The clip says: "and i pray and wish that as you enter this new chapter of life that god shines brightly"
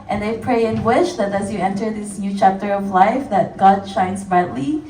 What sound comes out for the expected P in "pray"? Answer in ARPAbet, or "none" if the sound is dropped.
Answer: P